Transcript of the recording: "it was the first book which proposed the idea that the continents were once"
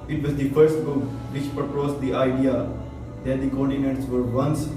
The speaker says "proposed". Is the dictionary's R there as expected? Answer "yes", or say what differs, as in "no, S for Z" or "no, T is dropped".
no, R is dropped